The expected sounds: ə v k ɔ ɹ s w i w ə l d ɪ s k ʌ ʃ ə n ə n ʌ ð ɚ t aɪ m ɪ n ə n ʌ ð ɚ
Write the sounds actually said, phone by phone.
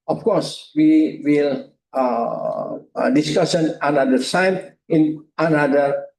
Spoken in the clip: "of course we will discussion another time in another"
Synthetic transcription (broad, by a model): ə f k ɔ ɹ s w i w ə l d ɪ s k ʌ s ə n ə n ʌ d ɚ s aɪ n ɪ n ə n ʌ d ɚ